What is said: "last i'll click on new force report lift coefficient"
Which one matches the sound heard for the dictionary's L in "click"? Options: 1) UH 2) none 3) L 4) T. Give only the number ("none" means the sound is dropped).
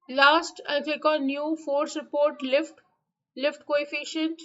2